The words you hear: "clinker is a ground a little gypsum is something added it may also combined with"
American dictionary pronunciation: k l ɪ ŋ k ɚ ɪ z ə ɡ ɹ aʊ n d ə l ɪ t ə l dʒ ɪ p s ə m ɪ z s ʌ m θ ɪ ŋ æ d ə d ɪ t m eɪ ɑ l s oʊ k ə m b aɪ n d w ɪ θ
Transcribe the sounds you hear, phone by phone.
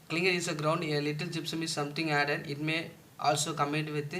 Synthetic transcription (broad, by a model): k l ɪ ŋ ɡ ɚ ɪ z ə ɡ ɹ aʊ n d ə l ɪ t ə l dʒ ɪ p s ə m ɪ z s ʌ m t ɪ ŋ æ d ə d ɪ t m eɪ ɑ l s oʊ k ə m ɛ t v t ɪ